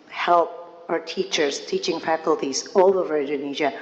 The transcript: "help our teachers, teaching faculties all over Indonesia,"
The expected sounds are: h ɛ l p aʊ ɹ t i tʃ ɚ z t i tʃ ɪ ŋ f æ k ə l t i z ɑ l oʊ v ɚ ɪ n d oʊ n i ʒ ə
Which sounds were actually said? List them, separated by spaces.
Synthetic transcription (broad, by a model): h ɛ l p aʊ ɹ t i tʃ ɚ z t i tʃ ɪ ŋ f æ k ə l t i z ɑ l oʊ v ɚ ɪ n d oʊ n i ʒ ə